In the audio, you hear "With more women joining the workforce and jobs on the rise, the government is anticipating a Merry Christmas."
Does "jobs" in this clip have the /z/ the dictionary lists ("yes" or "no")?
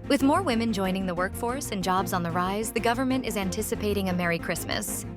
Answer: yes